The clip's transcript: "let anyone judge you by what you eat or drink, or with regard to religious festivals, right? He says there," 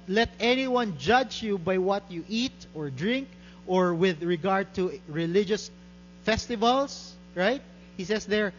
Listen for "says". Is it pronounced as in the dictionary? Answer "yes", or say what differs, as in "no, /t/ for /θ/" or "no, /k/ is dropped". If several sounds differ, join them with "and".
no, /s/ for /z/